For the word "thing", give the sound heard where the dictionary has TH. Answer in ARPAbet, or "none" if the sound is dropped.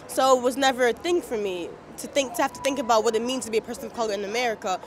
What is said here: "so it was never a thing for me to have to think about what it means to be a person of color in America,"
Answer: TH